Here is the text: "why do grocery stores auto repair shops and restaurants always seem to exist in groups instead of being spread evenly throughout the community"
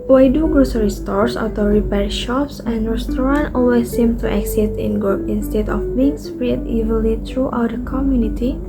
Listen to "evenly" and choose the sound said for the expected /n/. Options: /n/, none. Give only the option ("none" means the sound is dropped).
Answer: none